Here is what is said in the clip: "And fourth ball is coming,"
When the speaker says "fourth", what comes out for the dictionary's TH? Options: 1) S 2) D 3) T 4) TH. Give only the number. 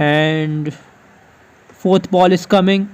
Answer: 3